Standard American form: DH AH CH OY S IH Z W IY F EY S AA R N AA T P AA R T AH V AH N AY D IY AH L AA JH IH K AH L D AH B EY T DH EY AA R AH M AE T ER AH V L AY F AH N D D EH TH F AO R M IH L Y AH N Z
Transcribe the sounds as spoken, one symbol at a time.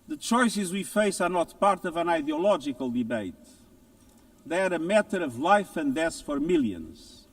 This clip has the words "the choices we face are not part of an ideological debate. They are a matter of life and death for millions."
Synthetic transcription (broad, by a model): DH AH CH OY S IH Z W IY F EY S AA R N AA T P AA R T AH V AH N AY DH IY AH L AA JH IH K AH L D AH B EY T DH EY AA R AH M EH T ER AH V L AY F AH N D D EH S F AO R M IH L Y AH N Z